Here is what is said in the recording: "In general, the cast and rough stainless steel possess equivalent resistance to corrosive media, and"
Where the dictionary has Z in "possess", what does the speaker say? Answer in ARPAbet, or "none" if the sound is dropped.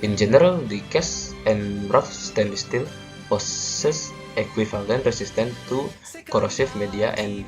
S